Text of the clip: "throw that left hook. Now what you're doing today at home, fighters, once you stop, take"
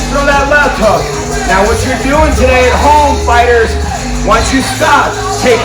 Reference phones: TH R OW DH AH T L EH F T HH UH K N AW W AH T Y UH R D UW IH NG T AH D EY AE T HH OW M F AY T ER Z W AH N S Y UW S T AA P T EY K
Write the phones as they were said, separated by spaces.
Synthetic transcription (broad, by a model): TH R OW DH AH T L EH T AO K N AW W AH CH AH R D UW IH NG T AH D EY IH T HH OW M F AY T ER Z W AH N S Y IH S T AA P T EY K